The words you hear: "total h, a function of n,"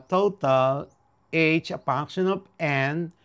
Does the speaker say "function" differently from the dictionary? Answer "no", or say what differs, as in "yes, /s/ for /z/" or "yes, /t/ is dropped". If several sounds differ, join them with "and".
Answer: yes, /p/ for /f/ and /ŋ/ is dropped